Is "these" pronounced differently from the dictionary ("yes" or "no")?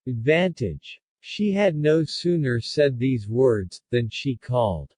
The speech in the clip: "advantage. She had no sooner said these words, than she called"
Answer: no